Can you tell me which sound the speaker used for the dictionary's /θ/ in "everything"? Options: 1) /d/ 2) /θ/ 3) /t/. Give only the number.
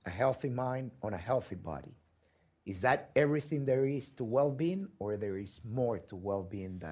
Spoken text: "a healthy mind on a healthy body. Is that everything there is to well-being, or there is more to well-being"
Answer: 2